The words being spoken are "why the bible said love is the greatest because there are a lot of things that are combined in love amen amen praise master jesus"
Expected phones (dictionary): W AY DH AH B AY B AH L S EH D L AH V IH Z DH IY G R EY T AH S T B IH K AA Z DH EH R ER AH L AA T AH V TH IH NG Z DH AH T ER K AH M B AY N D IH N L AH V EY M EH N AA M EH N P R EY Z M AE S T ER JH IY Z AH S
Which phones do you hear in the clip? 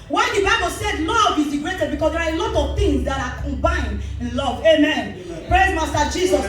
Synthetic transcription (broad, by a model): W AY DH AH B AY B AH L S EH D L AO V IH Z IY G R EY T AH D B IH K AA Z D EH R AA AH L AA T AH V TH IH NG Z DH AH T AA K AH M B AY N D IH N L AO V EY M M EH N P R EY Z M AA S T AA JH IY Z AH S